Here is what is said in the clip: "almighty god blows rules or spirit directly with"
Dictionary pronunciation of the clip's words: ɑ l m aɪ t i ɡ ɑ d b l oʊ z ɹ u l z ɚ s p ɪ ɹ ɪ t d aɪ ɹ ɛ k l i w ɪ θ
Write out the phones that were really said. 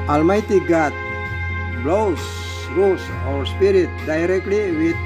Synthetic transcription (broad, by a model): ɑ l m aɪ t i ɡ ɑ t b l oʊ s ɹ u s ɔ s p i ɹ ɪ t d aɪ ɹ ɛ k l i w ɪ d